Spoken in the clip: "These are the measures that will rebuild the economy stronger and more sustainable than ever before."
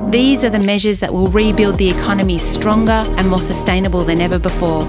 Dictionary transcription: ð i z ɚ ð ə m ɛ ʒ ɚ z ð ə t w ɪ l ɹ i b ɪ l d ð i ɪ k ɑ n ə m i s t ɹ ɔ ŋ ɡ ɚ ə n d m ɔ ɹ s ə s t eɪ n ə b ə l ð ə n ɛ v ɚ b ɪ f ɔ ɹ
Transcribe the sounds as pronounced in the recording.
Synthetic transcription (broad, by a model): ð i z ɚ ð ə m ɛ ʒ ɚ z ð ə t w ɪ l ɹ i b ɪ l d ð i ɪ k ɑ n ə m i s t ɹ ɔ ŋ ɡ ɚ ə n m ɔ ɹ s ə s t eɪ n ə b ə l ð ə n ɛ v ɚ b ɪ f ɔ ɹ